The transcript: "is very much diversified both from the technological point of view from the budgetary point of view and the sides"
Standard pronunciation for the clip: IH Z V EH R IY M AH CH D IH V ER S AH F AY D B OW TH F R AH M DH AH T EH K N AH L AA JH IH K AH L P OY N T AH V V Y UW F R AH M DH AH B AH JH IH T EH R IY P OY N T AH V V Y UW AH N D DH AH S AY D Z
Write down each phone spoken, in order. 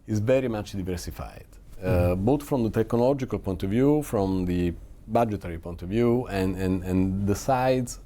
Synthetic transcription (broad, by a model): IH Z V EH R IY M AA CH D IH V ER S AH F AY D B OW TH F R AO M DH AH T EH K N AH L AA JH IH K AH L P OY N T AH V V Y UW F R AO M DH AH B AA JH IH T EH R IY P OY N T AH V V Y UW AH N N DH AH S AY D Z